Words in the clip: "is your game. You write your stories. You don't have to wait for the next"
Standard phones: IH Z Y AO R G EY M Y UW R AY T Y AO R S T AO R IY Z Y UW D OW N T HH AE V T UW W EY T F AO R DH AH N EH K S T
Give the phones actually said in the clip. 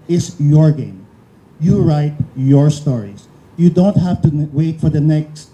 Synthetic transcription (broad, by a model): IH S Y AO R G EY M Y UW R AY T Y AO R S T AO R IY S Y UW D OW N T HH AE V T UW W EY T F AO R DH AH N EH K S T